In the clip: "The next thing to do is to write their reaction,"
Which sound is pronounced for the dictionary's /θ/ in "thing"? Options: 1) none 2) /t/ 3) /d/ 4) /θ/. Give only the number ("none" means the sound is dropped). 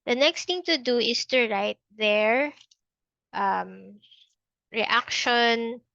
2